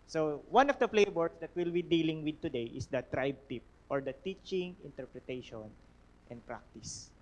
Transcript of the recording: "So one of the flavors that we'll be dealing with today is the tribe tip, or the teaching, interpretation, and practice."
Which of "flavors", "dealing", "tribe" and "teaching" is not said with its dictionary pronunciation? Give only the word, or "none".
flavors